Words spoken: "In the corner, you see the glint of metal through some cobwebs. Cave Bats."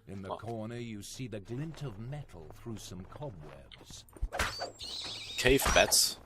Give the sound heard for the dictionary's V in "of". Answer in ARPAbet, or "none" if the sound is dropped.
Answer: V